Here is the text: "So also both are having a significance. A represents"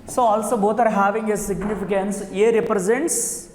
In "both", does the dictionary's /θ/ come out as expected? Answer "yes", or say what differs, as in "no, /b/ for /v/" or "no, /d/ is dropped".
no, /t/ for /θ/